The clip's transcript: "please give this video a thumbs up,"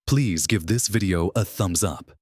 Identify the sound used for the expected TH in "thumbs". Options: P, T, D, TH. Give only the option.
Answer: TH